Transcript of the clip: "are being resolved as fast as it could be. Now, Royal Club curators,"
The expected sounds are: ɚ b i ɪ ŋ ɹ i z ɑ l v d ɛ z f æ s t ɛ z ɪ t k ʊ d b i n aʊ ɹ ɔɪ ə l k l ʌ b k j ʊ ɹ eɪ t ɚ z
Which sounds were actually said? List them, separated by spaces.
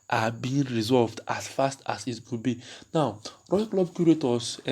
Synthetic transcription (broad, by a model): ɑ b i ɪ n ɹ i z ɑ l v d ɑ s f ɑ s t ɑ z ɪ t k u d b i n aʊ ɹ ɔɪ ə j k l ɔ b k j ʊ ɹ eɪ t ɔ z